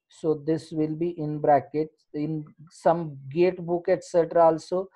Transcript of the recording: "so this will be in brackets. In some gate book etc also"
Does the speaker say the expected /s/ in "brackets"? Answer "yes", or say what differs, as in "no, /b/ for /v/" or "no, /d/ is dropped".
no, /s/ is dropped